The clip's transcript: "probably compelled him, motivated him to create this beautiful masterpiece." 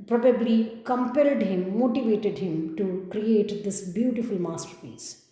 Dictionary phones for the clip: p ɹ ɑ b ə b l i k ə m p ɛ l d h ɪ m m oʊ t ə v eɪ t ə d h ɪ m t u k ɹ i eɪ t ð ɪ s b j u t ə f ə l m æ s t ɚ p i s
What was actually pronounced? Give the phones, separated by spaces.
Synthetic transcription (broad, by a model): p ɹ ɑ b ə b l i k ə m p ɛ l d h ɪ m m oʊ t ə v eɪ t ə d h ɪ m t u k ɹ i eɪ t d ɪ s b j u t ə f ə l m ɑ s t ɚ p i s